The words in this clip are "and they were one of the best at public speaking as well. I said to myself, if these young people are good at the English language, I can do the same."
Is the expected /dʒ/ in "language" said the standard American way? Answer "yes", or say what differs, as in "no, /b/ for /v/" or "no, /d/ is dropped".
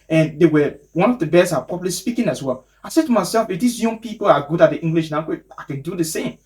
no, /dʒ/ is dropped